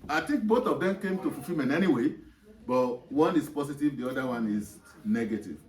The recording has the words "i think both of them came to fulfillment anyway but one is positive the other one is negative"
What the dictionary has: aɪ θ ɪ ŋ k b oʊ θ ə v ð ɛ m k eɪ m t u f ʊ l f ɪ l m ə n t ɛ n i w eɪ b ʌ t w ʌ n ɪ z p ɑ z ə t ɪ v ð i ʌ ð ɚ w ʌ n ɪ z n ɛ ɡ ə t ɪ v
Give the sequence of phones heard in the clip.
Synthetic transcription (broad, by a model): aɪ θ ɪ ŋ k b oʊ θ ə v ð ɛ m k eɪ m t u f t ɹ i m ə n ɛ n i w eɪ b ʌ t w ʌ n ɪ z p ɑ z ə t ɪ v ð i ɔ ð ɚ w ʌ n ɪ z n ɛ ɡ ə t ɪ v